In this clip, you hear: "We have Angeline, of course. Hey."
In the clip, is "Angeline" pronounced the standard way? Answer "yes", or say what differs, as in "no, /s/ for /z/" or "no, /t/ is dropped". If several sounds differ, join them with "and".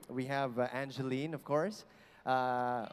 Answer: yes